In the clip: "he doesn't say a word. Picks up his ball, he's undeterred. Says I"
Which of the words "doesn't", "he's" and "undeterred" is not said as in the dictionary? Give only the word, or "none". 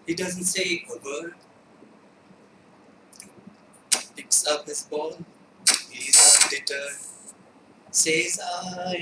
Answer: undeterred